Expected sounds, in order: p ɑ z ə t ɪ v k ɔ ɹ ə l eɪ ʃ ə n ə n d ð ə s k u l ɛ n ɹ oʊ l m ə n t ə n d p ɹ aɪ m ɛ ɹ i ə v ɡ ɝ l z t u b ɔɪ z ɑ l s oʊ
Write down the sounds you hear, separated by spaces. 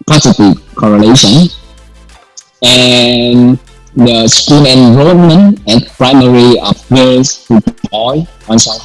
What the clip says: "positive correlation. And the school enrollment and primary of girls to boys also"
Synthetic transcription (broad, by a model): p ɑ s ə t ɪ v k ɔ ɹ ə l eɪ ʃ ə n ə n d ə s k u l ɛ n ɹ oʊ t m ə n ə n p ɹ aɪ m ɛ ɹ i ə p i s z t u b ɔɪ ɑ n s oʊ